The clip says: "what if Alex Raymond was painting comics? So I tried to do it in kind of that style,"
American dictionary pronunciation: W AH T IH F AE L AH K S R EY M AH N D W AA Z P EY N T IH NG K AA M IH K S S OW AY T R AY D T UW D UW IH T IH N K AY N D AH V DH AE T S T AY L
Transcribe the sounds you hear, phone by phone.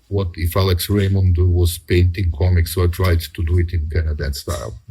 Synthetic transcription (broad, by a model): W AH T IH F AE L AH K S R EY M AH N D W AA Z P EY N T IH NG K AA M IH K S S OW AY T R AY D T UW D UW IH T IH N K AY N AH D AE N S T AY L